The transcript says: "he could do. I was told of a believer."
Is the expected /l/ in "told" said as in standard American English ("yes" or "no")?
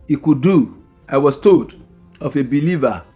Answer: no